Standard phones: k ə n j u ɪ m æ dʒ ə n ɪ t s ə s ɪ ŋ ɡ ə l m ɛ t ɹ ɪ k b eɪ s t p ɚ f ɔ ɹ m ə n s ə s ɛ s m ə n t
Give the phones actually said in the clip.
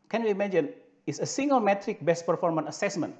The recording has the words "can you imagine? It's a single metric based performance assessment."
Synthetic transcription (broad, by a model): k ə n j u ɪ m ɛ dʒ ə n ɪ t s ə s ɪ ŋ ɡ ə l m ɛ t ɹ ɪ k b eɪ s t p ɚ f ɔ ɹ m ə n ə s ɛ s m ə n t